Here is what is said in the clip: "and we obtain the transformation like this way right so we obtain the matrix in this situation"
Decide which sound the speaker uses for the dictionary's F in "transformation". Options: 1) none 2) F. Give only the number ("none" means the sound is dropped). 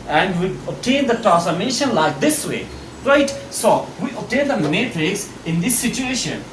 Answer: 1